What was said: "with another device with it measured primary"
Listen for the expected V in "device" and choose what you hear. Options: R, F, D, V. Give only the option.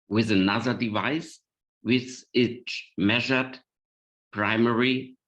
V